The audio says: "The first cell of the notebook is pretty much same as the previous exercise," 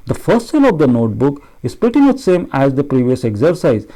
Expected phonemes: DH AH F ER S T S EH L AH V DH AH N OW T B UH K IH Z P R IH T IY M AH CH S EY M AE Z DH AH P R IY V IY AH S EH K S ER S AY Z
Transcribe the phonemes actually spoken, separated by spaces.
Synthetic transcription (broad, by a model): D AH F ER S T S EH L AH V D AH N OW T B UH K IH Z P IH T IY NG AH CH S EY M AE Z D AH P R IY V IY AH S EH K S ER S AY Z